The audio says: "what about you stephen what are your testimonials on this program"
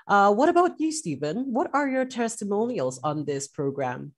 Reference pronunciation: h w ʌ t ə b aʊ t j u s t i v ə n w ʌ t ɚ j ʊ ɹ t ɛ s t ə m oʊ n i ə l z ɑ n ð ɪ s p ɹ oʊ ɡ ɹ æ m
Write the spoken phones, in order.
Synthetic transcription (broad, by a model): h w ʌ t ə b aʊ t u s t i v ə n w ʌ t ɚ j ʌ ɹ t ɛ s t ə m oʊ n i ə l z n ð ɪ s p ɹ oʊ ɡ ɹ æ m